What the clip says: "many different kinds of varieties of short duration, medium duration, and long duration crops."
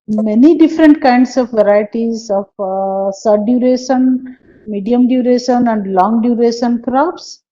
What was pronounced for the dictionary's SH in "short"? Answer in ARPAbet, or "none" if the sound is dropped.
S